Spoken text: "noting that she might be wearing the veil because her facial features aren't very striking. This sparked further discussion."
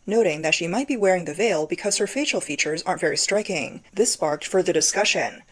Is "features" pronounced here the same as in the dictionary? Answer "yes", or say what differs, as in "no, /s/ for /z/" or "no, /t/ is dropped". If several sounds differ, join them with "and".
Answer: yes